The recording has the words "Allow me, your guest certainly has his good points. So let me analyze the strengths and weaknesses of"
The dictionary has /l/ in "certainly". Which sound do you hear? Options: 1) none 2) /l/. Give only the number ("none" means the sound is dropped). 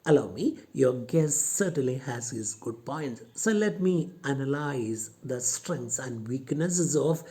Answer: 2